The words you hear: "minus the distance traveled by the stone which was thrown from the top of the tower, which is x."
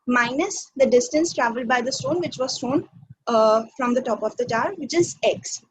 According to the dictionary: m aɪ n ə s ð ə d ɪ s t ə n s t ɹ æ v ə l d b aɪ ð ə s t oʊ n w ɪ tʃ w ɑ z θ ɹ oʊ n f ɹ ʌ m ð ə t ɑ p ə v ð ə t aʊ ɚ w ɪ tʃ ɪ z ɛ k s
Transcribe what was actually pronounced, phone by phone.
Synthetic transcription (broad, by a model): m aɪ n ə s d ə d ɪ s t ə n s t ɹ æ v ə l d b aɪ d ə s t oʊ n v ɪ tʃ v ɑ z t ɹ oʊ n f ɹ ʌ m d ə t ɑ p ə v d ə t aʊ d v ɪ tʃ ɪ z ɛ k s